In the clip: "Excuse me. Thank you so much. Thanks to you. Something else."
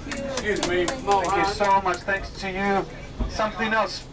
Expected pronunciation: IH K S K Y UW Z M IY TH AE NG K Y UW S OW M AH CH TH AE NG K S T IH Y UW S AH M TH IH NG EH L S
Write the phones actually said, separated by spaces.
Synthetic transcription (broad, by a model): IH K S K Y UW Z M IY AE K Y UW S OW M AH CH TH AE NG K S T IH Y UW S AH M TH IH NG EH L S